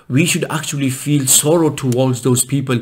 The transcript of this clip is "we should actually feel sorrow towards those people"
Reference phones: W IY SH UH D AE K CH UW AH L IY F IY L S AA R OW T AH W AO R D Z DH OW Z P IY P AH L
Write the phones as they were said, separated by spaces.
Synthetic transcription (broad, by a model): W IY SH UH D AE K CH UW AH L IY F IY L S AA R OW T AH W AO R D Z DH OW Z P IY P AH L